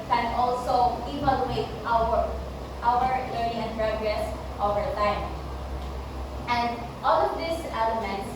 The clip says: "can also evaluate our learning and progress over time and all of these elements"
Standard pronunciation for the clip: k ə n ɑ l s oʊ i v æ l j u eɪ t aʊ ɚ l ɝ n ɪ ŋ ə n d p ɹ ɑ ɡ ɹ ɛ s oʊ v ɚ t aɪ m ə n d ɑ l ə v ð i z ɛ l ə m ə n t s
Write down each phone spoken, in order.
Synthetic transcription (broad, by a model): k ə n ɑ l s oʊ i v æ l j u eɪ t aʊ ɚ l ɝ ɪ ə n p ɹ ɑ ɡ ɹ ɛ s oʊ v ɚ t aɪ m ə n d ɑ l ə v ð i s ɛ l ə m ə n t s